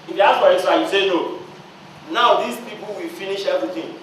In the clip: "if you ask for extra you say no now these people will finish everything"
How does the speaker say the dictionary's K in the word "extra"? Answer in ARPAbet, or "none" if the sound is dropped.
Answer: none